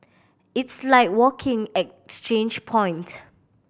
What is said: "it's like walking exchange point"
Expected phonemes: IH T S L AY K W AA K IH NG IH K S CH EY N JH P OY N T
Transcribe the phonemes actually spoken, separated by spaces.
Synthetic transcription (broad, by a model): IH T S L AY K W AA K IH NG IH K S CH EY N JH P OY N T